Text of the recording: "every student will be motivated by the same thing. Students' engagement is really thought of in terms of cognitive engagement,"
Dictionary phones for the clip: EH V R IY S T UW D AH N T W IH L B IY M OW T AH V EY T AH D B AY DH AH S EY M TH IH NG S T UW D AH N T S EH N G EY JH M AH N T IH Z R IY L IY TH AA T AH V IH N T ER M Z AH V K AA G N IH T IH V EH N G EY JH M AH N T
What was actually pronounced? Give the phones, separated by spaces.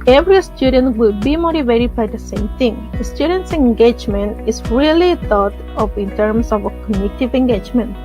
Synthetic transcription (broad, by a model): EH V R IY S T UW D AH N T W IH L B IY M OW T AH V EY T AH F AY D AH S EY M T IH NG S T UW D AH N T S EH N G EY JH M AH N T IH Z R IY L IY T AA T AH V IH N T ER M S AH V K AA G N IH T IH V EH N G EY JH M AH N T